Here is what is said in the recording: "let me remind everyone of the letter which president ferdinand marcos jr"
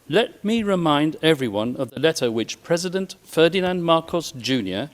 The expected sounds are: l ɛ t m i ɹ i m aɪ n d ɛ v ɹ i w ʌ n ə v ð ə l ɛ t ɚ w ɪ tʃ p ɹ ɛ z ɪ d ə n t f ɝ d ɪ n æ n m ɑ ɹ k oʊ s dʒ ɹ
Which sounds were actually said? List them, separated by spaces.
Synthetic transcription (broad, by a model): l ɛ t m i ɹ i m aɪ n d ɛ v ɹ i w ʌ n ə v ð ə l ɛ t ɚ w ɪ tʃ p ɹ ɛ z ɪ d ə n t f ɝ d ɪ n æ n m ɑ ɹ k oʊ s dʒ ɹ